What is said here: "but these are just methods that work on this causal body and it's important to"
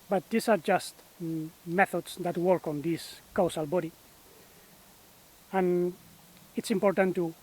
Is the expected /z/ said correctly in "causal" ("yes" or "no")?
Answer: no